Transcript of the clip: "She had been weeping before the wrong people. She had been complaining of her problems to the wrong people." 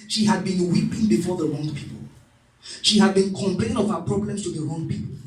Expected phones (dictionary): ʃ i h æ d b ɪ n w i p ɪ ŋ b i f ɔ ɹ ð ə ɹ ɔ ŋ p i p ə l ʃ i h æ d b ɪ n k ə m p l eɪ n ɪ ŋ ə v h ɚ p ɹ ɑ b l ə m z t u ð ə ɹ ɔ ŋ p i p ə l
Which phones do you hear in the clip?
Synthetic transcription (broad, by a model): ʃ i h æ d b ɪ n w i p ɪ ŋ b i f ɔ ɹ ð ə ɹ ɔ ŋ p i p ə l ʃ i h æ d b ɪ n k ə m p l eɪ ɪ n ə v h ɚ p ɹ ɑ b l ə m s t u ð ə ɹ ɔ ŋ p i p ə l